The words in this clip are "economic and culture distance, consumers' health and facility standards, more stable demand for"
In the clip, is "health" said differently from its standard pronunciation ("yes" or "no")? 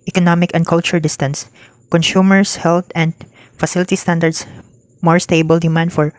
yes